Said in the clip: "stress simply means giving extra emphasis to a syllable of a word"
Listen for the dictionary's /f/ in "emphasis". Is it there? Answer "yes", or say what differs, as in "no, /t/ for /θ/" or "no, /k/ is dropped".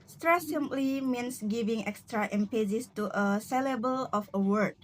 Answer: no, /p/ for /f/